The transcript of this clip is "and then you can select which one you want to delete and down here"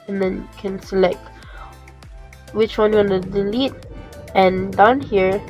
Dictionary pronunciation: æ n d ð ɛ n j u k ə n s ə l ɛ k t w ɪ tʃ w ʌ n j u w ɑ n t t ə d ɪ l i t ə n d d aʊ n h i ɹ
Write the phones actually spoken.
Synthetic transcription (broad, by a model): n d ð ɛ n k ə n s ə l ɛ k t w ɪ tʃ w ʌ n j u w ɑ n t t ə d ɪ l i t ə n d d aʊ n h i ɹ